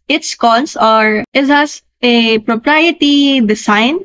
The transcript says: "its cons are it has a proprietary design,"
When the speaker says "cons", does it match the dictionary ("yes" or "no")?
no